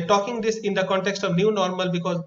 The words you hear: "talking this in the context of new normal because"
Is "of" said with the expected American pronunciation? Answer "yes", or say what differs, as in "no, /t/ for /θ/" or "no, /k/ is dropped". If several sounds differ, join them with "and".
yes